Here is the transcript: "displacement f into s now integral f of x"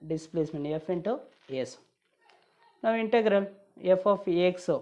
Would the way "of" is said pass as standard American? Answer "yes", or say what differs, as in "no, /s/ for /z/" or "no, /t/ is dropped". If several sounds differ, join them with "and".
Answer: no, /p/ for /v/